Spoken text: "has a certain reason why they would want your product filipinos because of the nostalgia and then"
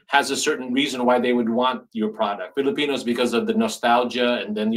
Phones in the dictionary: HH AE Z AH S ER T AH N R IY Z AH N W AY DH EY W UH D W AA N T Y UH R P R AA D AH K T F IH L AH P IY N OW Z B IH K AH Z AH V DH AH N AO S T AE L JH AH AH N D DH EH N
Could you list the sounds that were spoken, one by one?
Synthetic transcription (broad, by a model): HH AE Z AH S ER T N R IY Z AH N W AY DH EY W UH D W AA N T Y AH R P R AA D AH K T F IH L AH P IY N OW Z B IH K AH Z AH V DH AH N AO S T AE L JH AH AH N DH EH N